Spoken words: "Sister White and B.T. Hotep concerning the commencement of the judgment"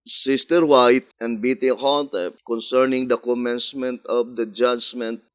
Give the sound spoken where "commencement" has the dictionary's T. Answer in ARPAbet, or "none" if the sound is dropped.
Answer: T